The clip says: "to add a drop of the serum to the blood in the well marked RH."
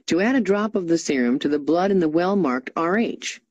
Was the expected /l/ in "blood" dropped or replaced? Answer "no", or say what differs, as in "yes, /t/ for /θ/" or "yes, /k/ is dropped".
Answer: no